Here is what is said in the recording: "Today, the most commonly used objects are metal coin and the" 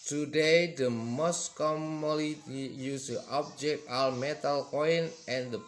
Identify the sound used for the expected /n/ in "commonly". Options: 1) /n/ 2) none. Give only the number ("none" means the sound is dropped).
2